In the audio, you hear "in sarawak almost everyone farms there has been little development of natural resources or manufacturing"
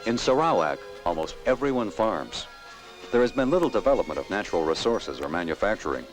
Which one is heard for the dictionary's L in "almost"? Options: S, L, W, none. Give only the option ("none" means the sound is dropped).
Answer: L